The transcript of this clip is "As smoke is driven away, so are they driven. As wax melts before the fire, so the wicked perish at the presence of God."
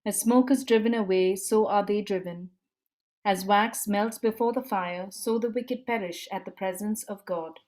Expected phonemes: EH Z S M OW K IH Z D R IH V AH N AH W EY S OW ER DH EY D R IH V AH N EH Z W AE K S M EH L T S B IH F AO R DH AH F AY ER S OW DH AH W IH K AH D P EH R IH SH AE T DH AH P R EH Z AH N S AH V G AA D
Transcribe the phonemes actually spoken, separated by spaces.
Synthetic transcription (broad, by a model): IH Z S M OW K IH Z D R IH V AH N AH W EY S OW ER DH EY D R IH V AH N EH Z W AE K S M EH L T S B IH F AO R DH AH F AY ER S OW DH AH W IH K AH D P EH R IH SH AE T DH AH P R EH Z AH N S AH V G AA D